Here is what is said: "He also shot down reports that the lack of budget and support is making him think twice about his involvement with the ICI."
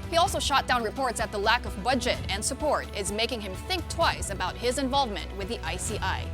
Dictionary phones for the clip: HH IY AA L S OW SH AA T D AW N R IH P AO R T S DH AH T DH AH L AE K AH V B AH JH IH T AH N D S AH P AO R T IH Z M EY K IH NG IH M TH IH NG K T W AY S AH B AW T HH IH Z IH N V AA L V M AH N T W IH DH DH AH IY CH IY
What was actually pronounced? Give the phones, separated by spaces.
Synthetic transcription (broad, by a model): HH IY AA L S OW SH AA T D AW N R IH P AO R T S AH T DH AH L AE K AH V B AH JH IH T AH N S AH P AO R T IH Z M EY K IH NG IH M TH IH NG K T W AY S AH B AW T HH IH Z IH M V AA L V M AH N T W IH DH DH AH IY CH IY